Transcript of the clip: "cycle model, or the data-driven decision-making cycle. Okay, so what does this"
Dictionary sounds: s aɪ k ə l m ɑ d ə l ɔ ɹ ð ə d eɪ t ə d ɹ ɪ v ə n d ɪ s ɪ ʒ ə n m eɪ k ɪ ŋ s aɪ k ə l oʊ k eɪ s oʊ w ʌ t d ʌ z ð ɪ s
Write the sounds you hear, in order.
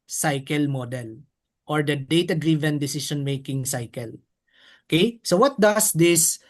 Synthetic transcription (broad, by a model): s aɪ k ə l m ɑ d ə l ɔ ɹ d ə d eɪ t ə d ɹ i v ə n d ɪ s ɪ ʃ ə n m eɪ k ɪ ŋ s aɪ k ə l oʊ k eɪ s oʊ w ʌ t d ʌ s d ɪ s